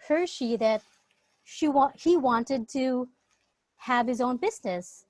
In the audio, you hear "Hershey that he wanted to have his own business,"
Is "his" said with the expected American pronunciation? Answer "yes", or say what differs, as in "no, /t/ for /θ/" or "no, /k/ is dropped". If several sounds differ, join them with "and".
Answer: yes